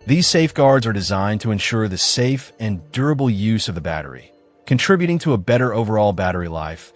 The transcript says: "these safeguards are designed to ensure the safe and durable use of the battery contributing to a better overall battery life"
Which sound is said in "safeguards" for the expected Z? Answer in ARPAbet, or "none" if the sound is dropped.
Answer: Z